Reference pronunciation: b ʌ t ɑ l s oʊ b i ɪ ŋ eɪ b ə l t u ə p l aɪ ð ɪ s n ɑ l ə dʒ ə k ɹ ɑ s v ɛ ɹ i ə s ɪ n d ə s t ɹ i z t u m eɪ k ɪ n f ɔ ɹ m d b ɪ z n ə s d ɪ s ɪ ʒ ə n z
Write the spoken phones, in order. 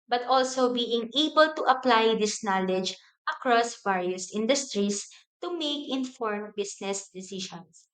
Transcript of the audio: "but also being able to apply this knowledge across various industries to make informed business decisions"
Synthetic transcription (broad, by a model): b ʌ t ɑ l s oʊ b i ɪ ŋ eɪ b ə l t u ə p l aɪ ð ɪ s n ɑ l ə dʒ ə k ɹ ɑ s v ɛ ɹ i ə s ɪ n d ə s t ɹ i s t u m eɪ k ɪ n f ɔ ɹ m b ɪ s n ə s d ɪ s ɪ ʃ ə n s